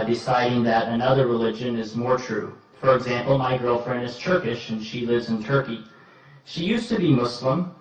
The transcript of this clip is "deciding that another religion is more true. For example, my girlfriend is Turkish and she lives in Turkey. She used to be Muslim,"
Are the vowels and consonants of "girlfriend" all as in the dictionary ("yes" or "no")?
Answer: yes